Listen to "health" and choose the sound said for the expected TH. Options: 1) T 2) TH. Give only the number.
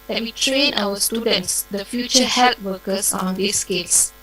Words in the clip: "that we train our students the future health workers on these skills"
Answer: 1